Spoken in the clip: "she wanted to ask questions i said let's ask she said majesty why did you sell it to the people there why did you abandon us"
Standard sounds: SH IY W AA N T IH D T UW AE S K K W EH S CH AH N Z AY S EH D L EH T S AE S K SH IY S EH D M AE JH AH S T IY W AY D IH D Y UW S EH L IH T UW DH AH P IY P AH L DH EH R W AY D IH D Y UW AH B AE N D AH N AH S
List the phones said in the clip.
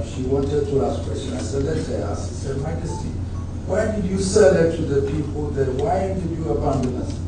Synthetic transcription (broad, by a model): SH IY W AA N T IH D T UW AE S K K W EH S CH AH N AY S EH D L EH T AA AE S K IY S EH D M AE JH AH S T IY W AY D IH D Y UW S EH L IH T UW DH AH P IY P AH L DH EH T W AY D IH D Y UW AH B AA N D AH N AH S